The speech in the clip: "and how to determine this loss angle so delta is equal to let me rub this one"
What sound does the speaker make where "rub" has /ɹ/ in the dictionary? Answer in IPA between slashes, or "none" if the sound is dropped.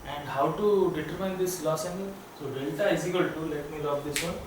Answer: /l/